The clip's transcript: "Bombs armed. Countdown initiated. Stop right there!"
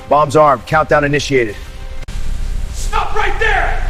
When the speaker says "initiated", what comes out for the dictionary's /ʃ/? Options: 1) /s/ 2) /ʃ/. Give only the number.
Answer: 2